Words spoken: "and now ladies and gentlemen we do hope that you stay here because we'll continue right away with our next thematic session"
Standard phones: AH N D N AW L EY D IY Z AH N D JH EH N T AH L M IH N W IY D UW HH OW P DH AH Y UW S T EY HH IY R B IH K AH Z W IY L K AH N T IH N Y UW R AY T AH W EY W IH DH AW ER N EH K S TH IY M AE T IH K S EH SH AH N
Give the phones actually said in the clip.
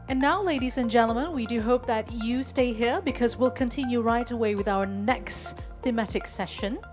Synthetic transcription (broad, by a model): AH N N AW L EY D IY Z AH N JH EH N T L M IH N W IY D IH HH OW P DH AH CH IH S T EY HH IY R B IH K AH Z W IY L K AH N T IH N Y UW R AY T AH W EY W IH DH AW ER N EH K S TH IY M AE T IH K S EH SH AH N